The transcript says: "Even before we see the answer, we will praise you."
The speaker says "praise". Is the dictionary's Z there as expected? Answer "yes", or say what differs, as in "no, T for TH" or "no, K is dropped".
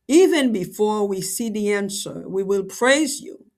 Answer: yes